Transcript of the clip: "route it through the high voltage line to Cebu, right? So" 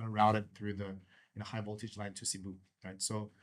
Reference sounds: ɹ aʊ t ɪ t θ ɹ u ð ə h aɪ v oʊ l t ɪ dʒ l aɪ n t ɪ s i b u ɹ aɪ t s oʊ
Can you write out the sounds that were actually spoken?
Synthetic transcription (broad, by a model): ɹ aʊ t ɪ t θ ɹ u ð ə h aɪ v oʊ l t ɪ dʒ l aɪ n t ɪ s i b u ɹ aɪ t s oʊ